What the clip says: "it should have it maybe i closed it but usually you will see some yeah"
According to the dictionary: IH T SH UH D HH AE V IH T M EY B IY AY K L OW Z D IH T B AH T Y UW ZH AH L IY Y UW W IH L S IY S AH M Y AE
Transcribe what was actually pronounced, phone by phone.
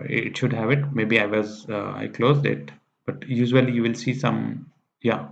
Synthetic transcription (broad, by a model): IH T SH UH D HH AE V IH T M EY B IY AY K L OW Z D IH T B AH T Y UW ZH AH L IY Y UW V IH L S IY S AH M Y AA